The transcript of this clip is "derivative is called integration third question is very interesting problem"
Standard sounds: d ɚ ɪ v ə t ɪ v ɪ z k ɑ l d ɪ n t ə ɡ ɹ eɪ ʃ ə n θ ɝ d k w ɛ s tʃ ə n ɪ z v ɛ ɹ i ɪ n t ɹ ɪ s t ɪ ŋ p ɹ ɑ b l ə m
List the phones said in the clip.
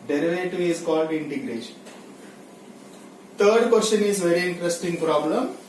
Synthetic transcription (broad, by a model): d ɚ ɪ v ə t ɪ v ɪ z k ɑ l d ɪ n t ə ɡ ɹ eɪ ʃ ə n t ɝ d k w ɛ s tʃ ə n ɪ z v ɛ ɹ i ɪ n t ɹ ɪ s t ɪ ŋ p ɹ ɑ b l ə m